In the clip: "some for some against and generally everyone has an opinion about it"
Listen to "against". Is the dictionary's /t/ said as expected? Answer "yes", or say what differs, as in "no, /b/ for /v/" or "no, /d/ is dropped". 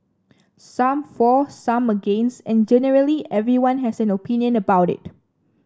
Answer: no, /t/ is dropped